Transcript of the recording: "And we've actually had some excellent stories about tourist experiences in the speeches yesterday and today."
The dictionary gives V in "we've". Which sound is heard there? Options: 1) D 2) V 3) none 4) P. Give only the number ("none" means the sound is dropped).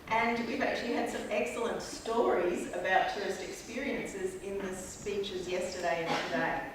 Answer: 2